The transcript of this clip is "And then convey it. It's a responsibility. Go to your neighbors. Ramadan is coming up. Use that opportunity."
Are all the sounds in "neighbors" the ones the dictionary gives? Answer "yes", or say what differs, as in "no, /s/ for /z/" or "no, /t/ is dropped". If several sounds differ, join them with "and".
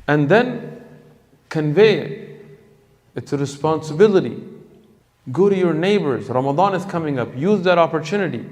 yes